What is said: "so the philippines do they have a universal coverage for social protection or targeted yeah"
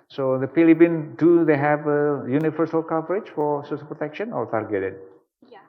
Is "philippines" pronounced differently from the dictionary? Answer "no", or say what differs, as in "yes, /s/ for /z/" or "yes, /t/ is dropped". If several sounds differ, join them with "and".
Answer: yes, /z/ is dropped